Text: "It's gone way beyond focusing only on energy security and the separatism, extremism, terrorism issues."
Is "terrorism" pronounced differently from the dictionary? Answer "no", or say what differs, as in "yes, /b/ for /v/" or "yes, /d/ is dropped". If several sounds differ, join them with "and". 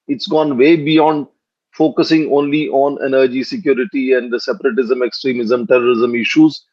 no